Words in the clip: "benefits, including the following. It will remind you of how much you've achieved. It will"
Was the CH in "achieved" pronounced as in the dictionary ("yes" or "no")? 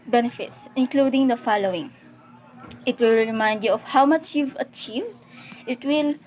yes